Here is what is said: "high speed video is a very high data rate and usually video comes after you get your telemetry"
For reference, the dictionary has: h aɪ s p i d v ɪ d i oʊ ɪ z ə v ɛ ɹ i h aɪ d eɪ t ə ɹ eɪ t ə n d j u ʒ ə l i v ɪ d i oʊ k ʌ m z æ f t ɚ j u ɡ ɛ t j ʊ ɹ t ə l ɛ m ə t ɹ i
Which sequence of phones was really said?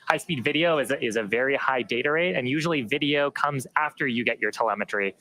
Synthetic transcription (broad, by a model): h aɪ s p i d v ɪ d i oʊ ɪ z ə v ɛ ɹ i h aɪ d eɪ t ə ɹ eɪ t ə n j u ʒ l i v ɪ d i oʊ k ʌ m z æ f t ɚ j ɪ ɡ ɛ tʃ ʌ ɹ t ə l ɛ m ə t ɹ i